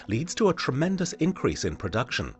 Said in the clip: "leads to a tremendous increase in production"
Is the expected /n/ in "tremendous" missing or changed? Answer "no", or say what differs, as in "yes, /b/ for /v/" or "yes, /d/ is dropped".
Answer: no